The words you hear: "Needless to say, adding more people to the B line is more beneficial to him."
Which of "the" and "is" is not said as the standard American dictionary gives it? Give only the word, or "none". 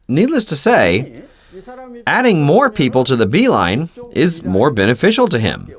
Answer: none